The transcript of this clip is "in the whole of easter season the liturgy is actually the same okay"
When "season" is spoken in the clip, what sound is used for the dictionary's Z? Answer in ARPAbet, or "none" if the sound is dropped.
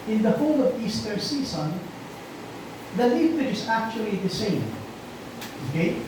S